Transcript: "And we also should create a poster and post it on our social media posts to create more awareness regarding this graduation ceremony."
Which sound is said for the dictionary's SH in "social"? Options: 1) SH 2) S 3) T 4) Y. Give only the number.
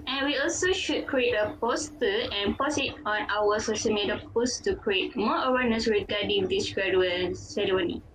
2